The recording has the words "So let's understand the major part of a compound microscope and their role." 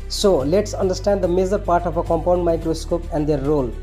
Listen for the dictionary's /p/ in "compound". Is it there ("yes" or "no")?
yes